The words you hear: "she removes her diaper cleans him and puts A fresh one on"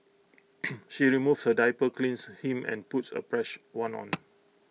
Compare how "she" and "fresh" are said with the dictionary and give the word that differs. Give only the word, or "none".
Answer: fresh